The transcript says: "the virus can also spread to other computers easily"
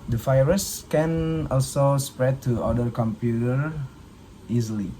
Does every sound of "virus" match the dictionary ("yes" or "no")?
no